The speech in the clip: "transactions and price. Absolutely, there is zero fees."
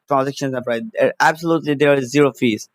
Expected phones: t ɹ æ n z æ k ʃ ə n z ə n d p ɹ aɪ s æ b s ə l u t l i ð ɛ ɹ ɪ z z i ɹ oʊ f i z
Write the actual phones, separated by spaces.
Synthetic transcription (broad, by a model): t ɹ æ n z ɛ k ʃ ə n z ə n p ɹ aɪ æ b s ə l u t l i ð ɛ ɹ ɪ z z i ɹ oʊ f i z